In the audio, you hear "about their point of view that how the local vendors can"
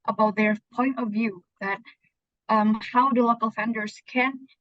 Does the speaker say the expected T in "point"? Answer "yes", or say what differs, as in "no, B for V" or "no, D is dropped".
yes